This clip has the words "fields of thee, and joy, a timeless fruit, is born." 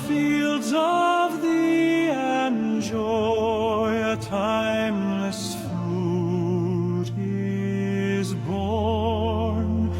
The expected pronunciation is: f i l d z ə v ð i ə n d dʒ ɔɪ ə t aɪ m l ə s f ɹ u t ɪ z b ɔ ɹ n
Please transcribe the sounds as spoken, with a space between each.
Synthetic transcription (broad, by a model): f i l d z ə v ð i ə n dʒ ɔɪ ə t aɪ m l ə s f u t ɪ z b ɔ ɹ n